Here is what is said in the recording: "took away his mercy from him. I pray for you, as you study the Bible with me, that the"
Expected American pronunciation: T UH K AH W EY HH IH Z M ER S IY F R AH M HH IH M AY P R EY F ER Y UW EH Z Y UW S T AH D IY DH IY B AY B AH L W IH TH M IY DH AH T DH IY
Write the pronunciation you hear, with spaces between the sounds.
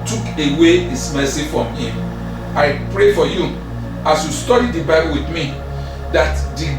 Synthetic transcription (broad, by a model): T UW K AH W EY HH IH S M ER S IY F R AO M HH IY M AY P R EY F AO Y UW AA S Y UW S T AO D IY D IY B AY B AH L W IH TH M IY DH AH T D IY